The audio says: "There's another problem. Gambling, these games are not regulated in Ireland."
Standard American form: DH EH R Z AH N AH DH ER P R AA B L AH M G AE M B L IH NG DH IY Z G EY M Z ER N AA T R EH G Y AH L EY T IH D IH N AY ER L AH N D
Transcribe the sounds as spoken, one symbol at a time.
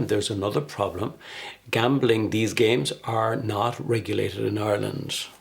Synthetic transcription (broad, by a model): DH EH R Z AH N AH DH ER P R AA B L AH M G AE M B L IH NG DH IY Z G EY M Z ER N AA T R EH G Y AH L EY T IH D IH N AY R L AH N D